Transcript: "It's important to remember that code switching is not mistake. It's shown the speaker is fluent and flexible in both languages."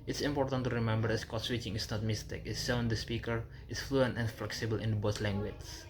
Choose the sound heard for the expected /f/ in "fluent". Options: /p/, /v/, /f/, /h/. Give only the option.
/f/